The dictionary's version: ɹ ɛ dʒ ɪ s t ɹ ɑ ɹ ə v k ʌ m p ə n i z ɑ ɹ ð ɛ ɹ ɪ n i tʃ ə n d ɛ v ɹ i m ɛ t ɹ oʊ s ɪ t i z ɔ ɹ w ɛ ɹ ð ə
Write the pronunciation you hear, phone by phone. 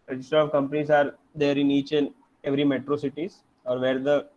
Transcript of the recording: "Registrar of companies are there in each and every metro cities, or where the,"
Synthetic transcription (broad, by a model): ɹ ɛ dʒ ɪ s t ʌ ɹ ə v k ʌ m p ə n i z ɑ ɹ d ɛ ɹ ɪ n i tʃ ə n ɛ v ɹ i m ɛ t ɹ oʊ s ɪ t i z ɔ ɹ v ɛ ɹ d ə